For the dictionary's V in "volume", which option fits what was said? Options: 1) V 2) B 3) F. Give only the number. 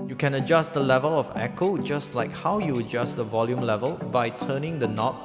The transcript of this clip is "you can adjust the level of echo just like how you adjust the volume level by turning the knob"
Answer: 1